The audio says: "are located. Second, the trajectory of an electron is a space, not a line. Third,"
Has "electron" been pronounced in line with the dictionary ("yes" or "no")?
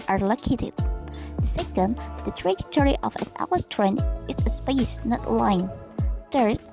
no